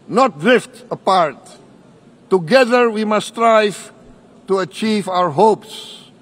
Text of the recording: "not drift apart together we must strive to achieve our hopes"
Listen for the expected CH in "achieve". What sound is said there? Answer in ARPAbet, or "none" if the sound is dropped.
CH